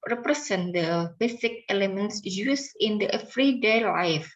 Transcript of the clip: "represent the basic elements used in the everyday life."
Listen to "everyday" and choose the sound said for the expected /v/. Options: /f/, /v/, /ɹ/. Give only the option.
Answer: /f/